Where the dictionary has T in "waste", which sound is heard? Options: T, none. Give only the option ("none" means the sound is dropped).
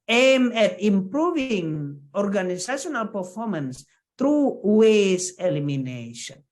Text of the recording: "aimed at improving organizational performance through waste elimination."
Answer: none